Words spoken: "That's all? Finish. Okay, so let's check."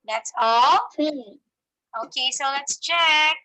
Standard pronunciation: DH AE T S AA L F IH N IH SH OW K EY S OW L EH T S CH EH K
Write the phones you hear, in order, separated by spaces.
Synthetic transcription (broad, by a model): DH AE T S AA L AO IH K EY S OW L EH T S CH EH K